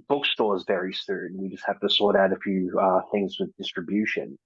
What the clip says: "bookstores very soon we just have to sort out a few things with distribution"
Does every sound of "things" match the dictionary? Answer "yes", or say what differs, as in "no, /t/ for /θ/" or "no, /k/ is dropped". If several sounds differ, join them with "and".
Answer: yes